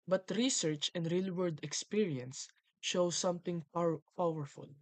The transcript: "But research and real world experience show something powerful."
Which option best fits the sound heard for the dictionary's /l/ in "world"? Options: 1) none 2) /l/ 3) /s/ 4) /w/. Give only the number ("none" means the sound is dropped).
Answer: 1